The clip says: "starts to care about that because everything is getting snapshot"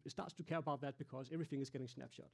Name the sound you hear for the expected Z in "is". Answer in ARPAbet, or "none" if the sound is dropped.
Z